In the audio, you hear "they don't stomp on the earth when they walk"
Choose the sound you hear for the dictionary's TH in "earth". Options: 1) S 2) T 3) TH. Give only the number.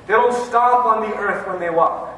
3